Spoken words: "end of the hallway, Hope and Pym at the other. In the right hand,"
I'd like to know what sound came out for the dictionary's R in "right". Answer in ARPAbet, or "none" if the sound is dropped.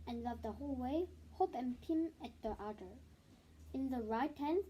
R